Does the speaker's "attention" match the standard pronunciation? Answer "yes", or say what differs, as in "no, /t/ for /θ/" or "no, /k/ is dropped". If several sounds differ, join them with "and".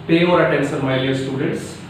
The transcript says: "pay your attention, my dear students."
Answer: no, /s/ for /ʃ/